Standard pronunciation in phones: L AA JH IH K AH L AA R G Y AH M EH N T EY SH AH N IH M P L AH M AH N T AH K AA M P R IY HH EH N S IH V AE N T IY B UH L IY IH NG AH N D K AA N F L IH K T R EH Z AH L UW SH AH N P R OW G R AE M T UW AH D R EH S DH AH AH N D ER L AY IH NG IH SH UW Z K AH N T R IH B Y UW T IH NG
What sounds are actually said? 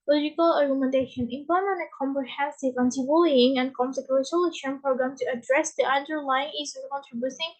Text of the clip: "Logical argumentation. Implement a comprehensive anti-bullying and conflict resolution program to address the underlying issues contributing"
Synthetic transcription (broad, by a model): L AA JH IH K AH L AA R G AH M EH N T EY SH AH N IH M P AH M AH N AH K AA M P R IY HH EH N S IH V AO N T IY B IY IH NG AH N K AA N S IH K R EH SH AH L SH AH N P R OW G R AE M T UW AH D R EH S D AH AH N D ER L AY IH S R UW K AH N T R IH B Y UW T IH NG